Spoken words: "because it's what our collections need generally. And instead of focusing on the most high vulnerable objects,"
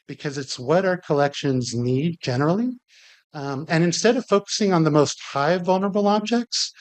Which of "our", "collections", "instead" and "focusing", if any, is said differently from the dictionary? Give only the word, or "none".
none